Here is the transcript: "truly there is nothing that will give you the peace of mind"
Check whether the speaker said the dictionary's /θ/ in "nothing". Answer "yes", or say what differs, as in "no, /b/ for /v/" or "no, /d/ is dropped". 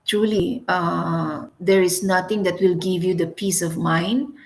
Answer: no, /t/ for /θ/